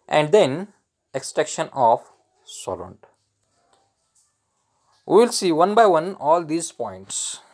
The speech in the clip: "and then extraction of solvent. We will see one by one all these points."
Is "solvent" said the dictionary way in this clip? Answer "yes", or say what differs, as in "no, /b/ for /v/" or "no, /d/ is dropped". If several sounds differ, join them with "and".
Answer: no, /v/ is dropped